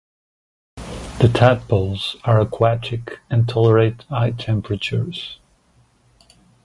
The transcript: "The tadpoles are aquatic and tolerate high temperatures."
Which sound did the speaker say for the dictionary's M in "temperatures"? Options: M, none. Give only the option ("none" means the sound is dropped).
M